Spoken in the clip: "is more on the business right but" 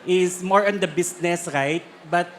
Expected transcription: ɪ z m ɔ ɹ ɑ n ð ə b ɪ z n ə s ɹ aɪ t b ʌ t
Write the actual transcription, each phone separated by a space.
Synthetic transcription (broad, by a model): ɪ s m ɔ ɹ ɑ n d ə b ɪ s n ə s ɹ aɪ t b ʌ t